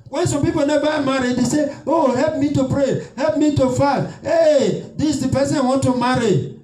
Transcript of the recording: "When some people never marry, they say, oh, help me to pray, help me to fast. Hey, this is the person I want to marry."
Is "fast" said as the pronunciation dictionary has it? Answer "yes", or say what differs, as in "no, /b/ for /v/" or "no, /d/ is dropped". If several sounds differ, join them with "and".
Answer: no, /s/ is dropped